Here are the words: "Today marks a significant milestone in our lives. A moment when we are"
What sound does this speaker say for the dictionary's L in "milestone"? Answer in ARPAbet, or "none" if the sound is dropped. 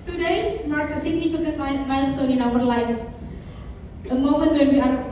N